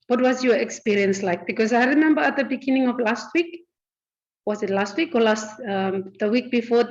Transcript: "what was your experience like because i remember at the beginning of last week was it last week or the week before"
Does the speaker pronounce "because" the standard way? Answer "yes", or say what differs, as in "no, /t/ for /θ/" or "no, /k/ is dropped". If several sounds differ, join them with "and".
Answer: no, /s/ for /z/